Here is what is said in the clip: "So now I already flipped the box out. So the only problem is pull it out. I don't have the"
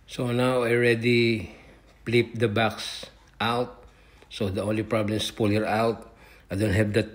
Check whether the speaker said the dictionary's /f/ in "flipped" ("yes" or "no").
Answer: no